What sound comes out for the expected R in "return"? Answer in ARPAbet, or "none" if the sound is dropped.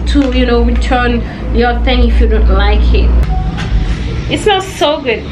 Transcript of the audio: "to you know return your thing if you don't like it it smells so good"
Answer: W